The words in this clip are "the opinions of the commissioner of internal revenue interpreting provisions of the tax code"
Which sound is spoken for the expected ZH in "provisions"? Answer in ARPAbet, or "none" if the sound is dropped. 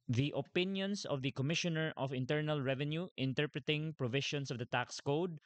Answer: SH